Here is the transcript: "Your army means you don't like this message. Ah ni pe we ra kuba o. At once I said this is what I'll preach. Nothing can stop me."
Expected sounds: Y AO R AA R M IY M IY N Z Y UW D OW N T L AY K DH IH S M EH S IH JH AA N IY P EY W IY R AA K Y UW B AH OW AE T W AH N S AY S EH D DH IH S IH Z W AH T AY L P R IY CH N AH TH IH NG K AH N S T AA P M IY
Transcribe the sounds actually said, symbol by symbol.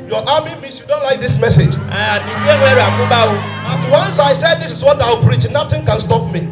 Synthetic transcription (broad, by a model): Y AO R AA M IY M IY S Y UW D OW N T L AY K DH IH S M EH S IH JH AA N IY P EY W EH R AA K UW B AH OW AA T W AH N S AY S EH D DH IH S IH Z W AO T AY L P R IY CH N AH T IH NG K AH N S T AA P M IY